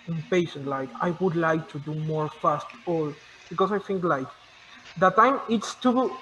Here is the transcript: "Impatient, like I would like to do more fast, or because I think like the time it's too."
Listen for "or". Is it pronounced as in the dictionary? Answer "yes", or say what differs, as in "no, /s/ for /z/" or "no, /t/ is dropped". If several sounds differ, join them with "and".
no, /l/ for /ɹ/